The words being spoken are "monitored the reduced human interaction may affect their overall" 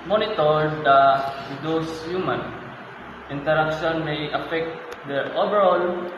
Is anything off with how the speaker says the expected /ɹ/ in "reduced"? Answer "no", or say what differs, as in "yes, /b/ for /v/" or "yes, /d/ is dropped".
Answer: yes, /w/ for /ɹ/